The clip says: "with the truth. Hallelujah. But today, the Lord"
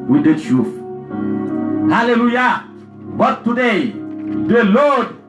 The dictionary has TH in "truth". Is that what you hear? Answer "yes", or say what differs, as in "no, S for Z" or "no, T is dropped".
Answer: no, F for TH